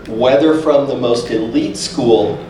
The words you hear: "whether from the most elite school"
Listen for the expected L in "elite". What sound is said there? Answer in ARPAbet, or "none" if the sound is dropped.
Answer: L